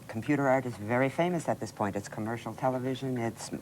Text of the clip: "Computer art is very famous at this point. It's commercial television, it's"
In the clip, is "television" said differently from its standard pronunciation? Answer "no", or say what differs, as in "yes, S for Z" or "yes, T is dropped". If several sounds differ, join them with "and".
no